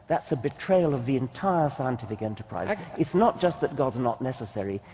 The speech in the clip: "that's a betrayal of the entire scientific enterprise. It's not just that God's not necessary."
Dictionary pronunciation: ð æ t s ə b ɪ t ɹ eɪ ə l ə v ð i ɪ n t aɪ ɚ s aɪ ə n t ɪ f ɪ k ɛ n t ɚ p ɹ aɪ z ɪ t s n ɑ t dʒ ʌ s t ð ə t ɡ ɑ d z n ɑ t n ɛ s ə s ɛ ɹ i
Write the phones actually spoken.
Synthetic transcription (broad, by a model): ð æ t s ə b ɪ t ɹ eɪ ə l ə v ð i ɪ n t aɪ ɚ s aɪ ə n t ɪ f ɪ k ɛ n t ɚ p ɹ aɪ z ɪ t s n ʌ t dʒ ʌ s t ð ə t ɡ ɑ d z n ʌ t n ɛ s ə s ɛ ɹ i